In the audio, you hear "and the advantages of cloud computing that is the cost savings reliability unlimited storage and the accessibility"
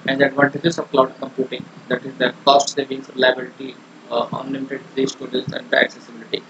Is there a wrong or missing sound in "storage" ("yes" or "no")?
yes